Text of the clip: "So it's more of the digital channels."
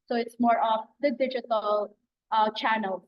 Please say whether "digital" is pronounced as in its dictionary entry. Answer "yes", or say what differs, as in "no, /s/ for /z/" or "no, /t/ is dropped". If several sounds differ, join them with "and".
yes